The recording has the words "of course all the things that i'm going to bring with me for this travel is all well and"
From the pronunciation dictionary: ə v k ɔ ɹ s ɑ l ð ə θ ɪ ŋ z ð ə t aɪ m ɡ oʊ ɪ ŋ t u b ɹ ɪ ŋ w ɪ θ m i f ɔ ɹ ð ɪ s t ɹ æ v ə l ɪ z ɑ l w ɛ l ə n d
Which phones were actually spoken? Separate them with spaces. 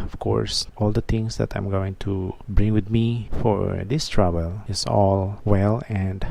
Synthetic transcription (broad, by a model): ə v k ɔ ɹ s ɑ l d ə t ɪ ŋ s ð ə t aɪ m ɡ oʊ ɪ ŋ t u b ɹ ɪ ŋ w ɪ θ m i f ɔ ɹ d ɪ s t ɹ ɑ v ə l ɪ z ɑ l w ɛ l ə n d